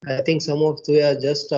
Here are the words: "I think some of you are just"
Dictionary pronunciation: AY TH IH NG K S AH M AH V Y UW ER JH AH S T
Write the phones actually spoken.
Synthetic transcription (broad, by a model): AY T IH NG K S AH M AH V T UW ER JH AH S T